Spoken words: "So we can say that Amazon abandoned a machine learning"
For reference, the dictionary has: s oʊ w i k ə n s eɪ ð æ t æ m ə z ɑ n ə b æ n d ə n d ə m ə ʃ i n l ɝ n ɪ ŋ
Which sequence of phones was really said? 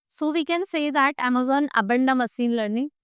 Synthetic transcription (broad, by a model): s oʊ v i k ə n s eɪ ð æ t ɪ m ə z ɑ n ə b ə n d ə m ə s i n l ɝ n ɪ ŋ